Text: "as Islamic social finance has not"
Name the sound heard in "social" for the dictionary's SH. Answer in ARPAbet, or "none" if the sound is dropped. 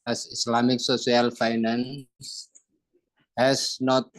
S